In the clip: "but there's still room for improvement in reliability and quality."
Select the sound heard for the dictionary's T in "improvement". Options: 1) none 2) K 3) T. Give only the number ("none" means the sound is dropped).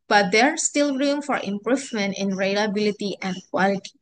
3